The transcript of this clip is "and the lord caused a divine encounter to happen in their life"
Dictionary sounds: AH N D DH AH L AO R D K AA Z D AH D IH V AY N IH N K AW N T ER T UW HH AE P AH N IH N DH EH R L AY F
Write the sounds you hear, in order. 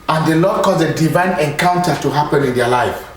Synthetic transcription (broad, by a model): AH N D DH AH L AO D K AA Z AH D IH V AY N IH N K AW N T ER T UW HH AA P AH N IH N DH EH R L AY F